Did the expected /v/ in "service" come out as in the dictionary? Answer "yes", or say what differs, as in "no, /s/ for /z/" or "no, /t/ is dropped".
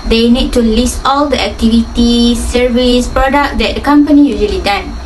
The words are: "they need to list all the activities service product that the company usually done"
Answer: yes